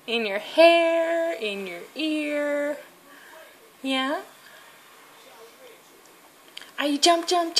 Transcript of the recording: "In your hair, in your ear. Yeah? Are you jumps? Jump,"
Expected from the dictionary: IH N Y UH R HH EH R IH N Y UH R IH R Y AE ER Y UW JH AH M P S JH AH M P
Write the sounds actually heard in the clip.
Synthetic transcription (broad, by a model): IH N Y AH R HH EH R IH N Y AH R IH R Y AE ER Y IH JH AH M P JH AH M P